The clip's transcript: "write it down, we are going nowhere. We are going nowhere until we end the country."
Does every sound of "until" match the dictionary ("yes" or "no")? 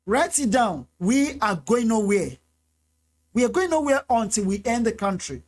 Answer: yes